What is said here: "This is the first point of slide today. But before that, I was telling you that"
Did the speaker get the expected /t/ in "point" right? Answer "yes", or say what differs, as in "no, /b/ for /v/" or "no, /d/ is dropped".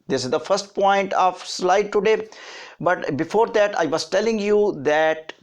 yes